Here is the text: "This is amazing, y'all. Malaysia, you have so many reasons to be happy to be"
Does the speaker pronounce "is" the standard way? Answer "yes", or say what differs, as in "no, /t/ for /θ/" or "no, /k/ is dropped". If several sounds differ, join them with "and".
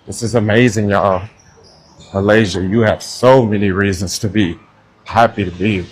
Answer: yes